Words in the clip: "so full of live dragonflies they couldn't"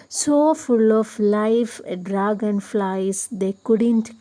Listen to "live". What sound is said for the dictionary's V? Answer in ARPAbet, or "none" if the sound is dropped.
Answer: F